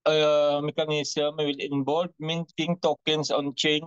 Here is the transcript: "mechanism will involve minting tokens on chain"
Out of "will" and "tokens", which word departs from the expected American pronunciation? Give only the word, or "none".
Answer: tokens